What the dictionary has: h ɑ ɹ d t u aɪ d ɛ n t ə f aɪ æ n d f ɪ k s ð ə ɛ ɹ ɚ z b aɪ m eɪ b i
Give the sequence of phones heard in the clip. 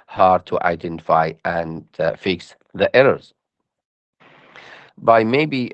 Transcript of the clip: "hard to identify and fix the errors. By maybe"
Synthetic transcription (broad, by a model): h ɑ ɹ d t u aɪ d ɛ n t ə f aɪ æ n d f ɪ k s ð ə ɛ ɹ ɚ z b aɪ m eɪ b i